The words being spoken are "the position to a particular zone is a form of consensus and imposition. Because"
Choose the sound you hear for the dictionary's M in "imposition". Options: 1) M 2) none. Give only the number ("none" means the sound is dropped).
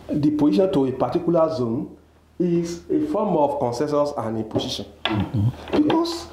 2